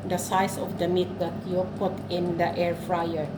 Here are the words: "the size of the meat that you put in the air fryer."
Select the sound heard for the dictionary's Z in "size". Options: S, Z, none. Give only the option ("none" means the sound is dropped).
S